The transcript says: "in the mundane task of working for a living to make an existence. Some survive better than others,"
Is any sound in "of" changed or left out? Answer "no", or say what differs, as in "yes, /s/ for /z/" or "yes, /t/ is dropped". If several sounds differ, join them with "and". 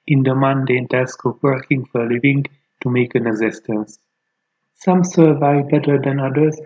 yes, /p/ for /v/